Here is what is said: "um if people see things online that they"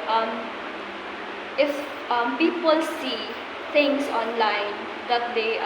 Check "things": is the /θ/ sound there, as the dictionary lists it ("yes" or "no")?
no